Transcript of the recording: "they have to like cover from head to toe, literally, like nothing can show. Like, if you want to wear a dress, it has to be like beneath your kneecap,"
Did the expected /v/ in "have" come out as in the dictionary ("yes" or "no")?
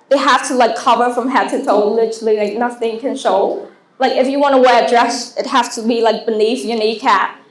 no